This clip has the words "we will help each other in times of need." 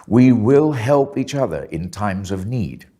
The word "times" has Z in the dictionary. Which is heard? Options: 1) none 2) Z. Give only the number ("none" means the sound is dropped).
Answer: 2